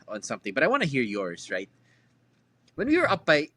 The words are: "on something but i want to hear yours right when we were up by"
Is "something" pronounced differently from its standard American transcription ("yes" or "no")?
no